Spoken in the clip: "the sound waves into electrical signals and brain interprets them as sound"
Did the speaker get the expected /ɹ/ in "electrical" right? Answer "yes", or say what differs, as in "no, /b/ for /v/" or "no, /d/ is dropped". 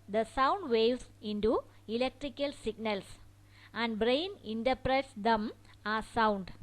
yes